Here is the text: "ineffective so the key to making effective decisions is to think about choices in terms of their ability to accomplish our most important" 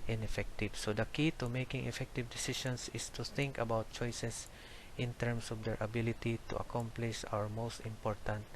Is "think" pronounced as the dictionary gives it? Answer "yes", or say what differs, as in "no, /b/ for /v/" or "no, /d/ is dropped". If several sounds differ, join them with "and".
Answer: yes